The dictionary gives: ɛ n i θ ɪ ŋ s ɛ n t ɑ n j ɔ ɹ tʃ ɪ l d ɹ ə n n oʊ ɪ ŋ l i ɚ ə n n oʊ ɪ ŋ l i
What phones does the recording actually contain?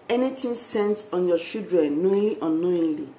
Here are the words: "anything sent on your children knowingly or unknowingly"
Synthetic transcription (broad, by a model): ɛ n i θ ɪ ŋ s ɛ n t ɑ n j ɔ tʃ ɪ l d ɹ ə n n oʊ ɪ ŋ i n n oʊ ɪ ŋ l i